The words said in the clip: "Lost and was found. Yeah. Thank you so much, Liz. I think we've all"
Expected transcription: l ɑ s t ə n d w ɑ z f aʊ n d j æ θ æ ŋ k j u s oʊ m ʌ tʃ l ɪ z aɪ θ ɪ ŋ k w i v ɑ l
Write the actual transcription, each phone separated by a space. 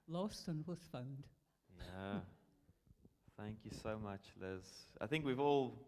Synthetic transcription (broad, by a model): l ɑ s t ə n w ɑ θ f aʊ n d j æ θ æ ŋ k j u s oʊ m ʌ tʃ l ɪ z aɪ θ ɪ ŋ k w i v ɑ l